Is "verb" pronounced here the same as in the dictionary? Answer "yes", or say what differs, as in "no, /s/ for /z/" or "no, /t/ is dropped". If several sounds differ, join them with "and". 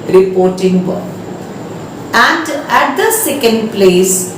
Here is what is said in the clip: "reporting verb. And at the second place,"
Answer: no, /b/ is dropped